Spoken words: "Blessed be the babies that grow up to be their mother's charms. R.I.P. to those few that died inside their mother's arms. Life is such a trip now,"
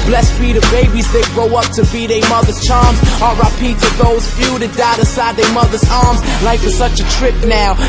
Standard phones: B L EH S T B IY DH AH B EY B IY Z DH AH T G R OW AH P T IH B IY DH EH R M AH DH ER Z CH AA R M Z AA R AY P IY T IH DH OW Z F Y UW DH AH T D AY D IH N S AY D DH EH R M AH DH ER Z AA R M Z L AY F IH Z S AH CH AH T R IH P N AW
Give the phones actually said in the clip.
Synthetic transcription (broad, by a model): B L EH S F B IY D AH B EY B IY Z DH AH T G R OW AH P T IH B IY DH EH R M AH DH ER Z CH AA R M Z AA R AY P IY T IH DH OW Z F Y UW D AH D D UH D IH S AY D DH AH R M AH DH ER Z AA R M Z L AY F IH S AH CH AH T R IH P N AW